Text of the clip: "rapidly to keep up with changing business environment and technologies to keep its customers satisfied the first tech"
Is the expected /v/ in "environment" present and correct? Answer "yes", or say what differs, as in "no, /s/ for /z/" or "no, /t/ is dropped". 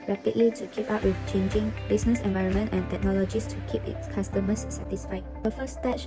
yes